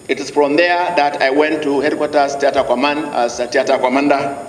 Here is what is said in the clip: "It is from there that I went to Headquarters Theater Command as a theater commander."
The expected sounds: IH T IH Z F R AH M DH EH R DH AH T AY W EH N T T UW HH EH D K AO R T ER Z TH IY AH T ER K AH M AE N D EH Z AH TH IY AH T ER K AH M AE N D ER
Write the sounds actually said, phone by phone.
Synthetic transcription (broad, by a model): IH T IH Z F R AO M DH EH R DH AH T AY W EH N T T UW HH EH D K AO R T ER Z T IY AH T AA K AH M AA N AA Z AH T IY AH T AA K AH M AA N D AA